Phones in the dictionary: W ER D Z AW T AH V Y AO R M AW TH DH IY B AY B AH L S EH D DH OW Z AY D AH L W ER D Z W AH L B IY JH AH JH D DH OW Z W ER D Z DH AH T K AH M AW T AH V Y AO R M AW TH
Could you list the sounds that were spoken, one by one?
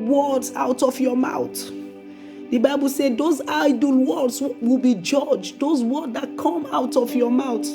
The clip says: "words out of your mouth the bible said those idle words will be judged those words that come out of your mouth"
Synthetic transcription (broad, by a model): W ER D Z AW T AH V Y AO M AW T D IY B AY B AH L S EH D OW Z AY D AH L W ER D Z W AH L B IY JH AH JH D OW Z W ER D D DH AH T K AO M AW T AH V Y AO M AW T